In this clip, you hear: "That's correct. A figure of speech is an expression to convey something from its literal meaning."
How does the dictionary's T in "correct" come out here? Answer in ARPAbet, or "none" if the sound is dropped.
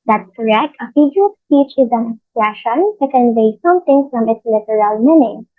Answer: T